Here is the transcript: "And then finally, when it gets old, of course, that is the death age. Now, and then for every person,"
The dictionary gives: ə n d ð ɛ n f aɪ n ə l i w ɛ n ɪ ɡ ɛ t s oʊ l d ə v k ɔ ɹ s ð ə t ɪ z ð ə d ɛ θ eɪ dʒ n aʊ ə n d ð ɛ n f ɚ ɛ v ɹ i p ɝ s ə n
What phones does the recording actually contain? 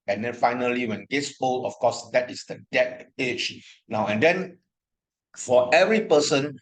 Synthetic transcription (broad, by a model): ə n d ɛ n f aɪ n ə l i w ɛ n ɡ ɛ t s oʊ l ə f k ɔ s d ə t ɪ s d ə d ɛ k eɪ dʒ n aʊ ə n d ɛ n f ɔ ɛ v ɹ i p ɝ s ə n